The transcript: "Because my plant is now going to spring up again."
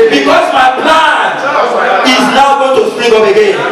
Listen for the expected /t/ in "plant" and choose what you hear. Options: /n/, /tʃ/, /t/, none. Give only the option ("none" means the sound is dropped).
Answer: none